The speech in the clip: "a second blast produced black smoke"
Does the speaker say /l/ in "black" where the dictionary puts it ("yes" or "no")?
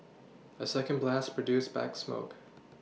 no